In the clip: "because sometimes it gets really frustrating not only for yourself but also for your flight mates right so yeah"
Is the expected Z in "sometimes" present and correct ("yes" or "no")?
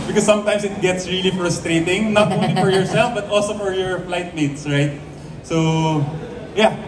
no